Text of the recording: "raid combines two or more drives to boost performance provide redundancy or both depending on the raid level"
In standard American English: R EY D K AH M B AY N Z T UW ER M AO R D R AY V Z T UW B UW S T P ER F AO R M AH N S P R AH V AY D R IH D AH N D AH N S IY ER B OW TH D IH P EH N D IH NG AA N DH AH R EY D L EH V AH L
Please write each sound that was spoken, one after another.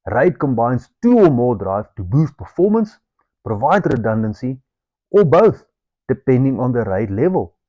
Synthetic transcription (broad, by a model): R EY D K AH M B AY N S T UW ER M AO L D R AY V T UW B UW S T P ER F AO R M AH N S P R AH V AY D R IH D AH N D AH N S IY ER B OW TH D IH P EH N D IH NG AA N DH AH R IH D L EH V AH L